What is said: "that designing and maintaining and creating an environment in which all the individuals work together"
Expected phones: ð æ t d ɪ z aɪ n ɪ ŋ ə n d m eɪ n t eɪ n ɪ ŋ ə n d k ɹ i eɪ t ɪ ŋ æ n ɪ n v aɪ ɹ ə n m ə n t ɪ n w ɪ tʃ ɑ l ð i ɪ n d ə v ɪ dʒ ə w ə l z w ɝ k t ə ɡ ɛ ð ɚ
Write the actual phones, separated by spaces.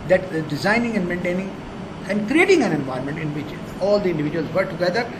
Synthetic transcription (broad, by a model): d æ t d ɪ z aɪ n ɪ ŋ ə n d m eɪ n t eɪ n ɪ ŋ ə n d k ɹ i eɪ t ɪ ŋ æ n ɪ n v aɪ ə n m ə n t ɪ n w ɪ tʃ ɑ l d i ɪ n d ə v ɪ dʒ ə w ə l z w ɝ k t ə ɡ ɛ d ɚ